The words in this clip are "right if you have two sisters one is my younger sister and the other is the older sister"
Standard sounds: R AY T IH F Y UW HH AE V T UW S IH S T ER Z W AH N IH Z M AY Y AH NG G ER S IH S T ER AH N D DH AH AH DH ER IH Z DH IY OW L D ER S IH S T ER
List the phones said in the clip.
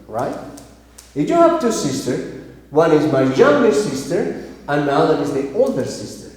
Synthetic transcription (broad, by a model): R AY T IH F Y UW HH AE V T UW S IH S T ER W AH N IH Z M AY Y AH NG G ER S IH S T ER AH N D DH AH AH DH ER IH Z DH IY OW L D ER S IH S T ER